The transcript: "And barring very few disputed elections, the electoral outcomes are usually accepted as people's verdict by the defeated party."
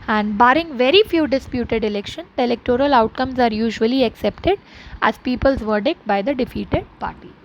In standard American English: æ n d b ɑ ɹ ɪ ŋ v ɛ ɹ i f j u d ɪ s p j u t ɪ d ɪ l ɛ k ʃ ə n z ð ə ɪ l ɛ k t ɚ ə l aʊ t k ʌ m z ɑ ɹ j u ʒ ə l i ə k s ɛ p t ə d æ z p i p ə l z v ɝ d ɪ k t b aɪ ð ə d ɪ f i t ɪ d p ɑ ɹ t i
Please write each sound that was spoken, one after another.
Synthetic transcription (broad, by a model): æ n d b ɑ ɹ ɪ ŋ v ɛ ɹ i f j u d ɪ s p j u t ɪ d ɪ l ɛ k ʃ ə n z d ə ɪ l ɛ k t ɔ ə l aʊ t k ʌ m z ɑ ɹ j u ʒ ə l i ə k s ɛ p t ə d æ z p i p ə l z v ɝ d ɪ k t b aɪ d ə d ɪ f i t ɪ d p ɑ ɹ t i